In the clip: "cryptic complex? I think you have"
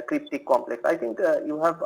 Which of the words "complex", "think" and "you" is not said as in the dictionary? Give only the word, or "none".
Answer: think